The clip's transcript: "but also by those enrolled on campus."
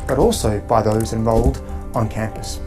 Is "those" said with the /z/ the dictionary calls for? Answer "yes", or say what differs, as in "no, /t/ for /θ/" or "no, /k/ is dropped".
yes